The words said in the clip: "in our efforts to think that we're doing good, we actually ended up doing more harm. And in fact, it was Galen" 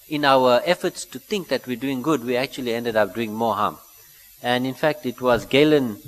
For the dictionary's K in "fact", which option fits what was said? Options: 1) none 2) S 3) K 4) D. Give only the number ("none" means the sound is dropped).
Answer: 3